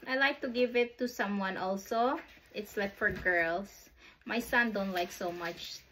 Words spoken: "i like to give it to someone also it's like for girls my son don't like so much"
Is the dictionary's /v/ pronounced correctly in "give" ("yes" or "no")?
yes